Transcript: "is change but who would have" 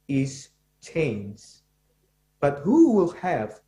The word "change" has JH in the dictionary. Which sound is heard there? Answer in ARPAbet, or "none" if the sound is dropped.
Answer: Z